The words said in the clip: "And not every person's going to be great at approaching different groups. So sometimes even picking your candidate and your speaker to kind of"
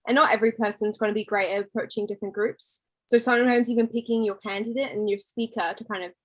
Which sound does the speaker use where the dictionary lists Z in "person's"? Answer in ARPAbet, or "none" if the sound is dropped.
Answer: Z